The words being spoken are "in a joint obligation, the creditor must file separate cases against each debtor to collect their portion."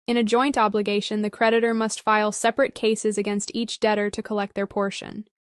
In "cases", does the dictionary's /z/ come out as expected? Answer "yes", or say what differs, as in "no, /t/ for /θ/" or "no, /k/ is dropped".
yes